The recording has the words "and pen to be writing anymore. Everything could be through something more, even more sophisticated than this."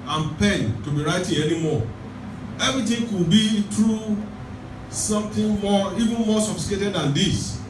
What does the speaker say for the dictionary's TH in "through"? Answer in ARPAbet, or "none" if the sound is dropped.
T